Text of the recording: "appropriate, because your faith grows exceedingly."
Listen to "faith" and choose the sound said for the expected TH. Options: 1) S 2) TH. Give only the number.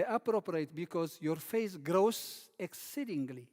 1